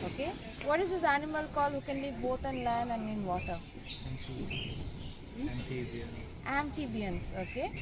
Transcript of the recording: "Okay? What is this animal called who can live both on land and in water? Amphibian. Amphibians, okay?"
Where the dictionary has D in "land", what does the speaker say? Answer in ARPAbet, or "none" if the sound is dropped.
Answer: none